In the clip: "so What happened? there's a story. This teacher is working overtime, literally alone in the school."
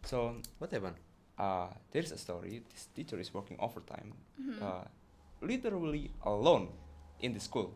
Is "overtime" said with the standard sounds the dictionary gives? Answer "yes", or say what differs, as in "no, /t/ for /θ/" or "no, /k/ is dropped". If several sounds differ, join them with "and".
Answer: no, /f/ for /v/